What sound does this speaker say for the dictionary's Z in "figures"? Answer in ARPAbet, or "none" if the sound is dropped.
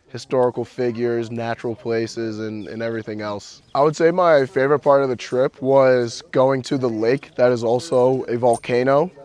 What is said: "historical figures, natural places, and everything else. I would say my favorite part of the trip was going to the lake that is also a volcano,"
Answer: Z